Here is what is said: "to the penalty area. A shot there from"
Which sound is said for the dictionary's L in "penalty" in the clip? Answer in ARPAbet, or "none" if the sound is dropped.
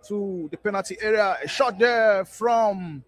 none